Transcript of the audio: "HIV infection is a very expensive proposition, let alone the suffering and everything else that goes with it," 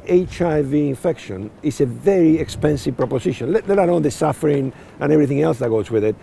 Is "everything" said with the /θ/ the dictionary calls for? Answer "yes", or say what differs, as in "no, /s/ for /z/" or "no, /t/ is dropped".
yes